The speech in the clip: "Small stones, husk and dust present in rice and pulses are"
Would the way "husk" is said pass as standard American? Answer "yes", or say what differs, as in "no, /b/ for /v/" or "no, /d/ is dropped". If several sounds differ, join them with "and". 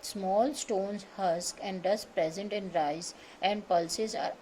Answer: yes